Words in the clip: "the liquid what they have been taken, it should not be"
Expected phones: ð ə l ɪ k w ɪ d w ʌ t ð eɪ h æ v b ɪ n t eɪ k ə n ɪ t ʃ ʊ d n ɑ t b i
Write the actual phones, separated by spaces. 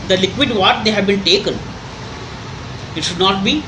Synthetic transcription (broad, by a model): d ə l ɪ k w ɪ d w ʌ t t eɪ h æ v b ɪ n t eɪ k ə n ɪ t ʃ ʊ d n ɑ t b i